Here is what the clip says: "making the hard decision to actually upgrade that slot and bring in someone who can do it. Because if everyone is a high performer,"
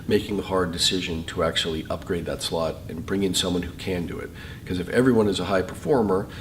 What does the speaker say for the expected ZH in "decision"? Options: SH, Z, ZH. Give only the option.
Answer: ZH